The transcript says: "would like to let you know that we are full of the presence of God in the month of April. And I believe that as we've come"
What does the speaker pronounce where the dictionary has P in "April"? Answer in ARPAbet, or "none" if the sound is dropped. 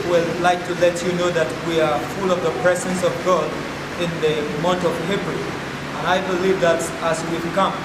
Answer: B